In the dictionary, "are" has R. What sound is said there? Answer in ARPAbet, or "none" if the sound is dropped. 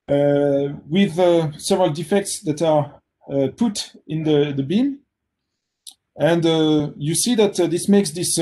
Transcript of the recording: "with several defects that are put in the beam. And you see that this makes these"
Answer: R